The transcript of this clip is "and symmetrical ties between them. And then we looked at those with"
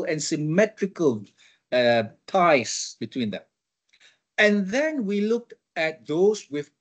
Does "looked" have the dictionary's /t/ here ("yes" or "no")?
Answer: yes